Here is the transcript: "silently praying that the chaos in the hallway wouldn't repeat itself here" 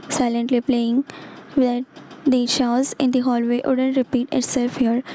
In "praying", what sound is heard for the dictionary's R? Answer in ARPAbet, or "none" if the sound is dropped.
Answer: L